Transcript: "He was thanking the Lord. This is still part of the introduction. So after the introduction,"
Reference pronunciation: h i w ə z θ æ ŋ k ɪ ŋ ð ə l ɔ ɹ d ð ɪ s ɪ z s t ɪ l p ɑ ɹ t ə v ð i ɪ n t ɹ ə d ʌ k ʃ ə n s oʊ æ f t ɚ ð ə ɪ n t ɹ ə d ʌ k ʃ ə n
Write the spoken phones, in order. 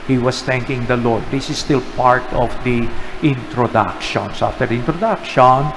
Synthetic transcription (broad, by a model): h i w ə s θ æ ŋ k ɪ ŋ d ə l ɔ ɹ d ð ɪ s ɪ s t ɪ l p ɑ ɹ t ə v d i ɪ n t ɹ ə d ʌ k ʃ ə n s oʊ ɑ f t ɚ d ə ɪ n t ɹ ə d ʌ k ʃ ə n